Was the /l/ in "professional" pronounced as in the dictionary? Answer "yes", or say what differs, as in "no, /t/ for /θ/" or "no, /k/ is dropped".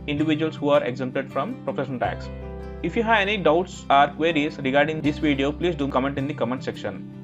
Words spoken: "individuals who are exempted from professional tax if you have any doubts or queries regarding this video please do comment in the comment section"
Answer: no, /n/ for /l/